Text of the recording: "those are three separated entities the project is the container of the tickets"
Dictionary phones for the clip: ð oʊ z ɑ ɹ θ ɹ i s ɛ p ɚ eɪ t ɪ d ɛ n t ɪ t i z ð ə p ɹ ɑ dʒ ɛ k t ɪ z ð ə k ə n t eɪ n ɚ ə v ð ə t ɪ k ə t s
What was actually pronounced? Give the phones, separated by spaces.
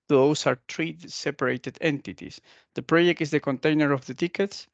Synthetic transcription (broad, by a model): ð oʊ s ɑ ɹ t ɹ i s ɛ p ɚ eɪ t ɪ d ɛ n t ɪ t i s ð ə p ɹ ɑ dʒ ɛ k t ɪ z ð ə k ə n t eɪ n ɚ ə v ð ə t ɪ k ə t s